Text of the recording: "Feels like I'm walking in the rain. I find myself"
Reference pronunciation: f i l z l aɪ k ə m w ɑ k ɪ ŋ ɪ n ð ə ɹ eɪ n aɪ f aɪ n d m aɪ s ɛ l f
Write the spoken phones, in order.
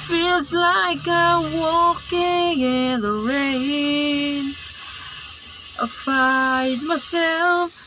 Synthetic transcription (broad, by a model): f i l z l aɪ k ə w ɑ k ɪ ŋ ɪ n ð ə ɹ eɪ n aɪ f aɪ d m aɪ s ɛ l f